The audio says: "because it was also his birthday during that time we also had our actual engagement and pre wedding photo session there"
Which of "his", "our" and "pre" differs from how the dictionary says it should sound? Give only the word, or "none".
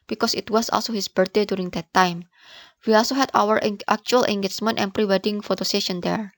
his